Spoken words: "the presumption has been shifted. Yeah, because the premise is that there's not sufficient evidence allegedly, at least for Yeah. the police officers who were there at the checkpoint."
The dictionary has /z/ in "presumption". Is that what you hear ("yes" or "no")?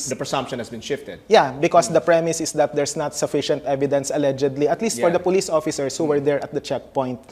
no